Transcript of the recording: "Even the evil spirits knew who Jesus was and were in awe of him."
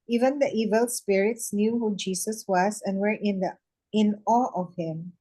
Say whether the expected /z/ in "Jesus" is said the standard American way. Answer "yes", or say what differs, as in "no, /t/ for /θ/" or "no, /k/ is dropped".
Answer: no, /s/ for /z/